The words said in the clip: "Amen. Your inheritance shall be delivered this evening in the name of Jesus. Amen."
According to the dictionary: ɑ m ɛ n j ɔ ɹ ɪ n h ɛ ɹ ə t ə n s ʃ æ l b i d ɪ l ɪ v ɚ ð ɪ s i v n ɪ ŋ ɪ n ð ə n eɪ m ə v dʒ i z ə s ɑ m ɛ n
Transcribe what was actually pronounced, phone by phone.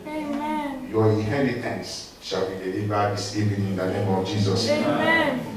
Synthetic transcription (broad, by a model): j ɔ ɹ ɪ n h ɛ ɹ ə t ə n s ʃ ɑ l b i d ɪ l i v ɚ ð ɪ s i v ɪ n ɪ n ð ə n eɪ m ə v dʒ i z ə s